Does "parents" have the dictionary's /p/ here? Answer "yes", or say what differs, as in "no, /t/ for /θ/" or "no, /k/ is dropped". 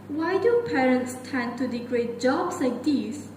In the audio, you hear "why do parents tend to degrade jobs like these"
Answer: yes